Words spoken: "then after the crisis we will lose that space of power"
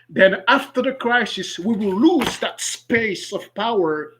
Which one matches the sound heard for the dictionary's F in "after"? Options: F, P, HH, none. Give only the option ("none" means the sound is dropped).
F